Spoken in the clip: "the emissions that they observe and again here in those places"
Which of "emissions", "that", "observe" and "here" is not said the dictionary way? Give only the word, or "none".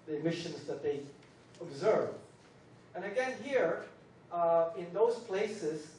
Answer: none